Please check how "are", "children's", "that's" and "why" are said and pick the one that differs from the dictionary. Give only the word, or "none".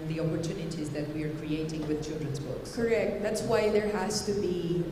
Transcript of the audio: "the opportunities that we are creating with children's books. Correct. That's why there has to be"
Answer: none